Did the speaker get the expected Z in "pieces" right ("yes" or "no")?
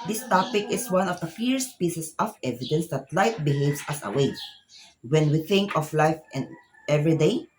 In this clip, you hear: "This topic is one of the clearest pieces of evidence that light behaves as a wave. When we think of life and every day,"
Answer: no